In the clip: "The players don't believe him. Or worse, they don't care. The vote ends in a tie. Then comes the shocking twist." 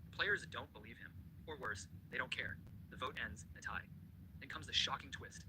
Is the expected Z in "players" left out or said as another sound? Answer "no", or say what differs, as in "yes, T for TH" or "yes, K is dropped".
no